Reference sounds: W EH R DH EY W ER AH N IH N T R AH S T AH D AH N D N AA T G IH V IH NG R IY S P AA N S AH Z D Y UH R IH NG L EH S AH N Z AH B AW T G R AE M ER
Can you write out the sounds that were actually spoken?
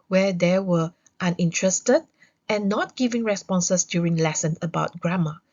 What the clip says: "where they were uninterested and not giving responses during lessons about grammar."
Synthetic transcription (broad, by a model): W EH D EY W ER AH N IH N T R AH S T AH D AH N N AA T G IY V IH NG R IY S P AA N S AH S D Y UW R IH NG L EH S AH N AH B AW T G R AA M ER